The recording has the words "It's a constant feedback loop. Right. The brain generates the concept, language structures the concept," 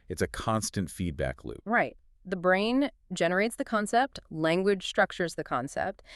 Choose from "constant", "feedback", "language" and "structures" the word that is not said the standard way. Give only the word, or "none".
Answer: none